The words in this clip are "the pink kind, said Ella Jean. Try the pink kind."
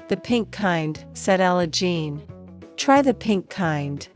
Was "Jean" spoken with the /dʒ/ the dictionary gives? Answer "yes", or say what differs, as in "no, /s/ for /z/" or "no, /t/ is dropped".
yes